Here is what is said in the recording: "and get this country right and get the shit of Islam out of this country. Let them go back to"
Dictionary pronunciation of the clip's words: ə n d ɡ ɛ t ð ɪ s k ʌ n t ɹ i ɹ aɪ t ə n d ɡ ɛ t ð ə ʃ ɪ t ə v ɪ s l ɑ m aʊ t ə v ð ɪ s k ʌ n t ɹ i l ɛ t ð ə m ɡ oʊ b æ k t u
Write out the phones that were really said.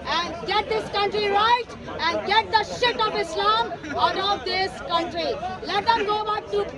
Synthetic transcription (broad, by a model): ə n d ɡ ɛ t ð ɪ s k ʌ n t ɹ i ɹ aɪ t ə n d ɡ ɛ t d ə ʃ ɪ t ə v ɪ s l ɑ m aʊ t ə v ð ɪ s k ʌ n t ɹ i l ɛ t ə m ɡ oʊ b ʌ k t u